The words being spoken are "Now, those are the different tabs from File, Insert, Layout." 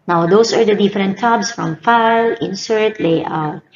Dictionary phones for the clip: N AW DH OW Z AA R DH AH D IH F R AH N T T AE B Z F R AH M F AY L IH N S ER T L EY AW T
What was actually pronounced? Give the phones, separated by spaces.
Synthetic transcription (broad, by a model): N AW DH OW S AA R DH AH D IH F R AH N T T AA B S F R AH M F AY L IH N S ER T L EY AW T